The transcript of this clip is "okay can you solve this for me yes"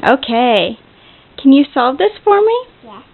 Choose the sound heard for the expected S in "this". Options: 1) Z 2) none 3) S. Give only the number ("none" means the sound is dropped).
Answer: 3